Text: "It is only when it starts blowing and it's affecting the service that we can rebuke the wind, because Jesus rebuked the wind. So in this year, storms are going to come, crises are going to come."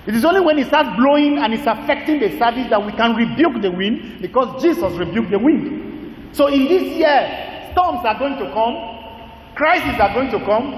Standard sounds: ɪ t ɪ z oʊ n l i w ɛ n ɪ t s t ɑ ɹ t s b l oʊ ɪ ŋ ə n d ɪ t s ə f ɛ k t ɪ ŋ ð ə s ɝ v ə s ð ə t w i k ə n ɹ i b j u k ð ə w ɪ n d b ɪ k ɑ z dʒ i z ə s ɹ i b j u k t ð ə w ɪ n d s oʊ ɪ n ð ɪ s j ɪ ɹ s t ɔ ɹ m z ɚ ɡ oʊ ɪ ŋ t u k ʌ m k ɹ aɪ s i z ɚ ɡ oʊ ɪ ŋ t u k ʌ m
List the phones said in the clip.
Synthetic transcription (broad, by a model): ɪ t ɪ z oʊ n l i w ɛ n ɪ t s t ɑ t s b l oʊ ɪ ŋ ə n ɪ t s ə f ɛ k t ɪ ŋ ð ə s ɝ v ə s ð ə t w i k ə n ɹ i b j u k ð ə w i n d b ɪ k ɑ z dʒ i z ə s ɹ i b j u k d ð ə w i n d s oʊ ɪ n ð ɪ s j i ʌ s t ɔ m s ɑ ɡ oʊ ɪ ŋ t u k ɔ m k ɹ aɪ s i s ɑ ɡ oʊ ɪ ŋ t u k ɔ m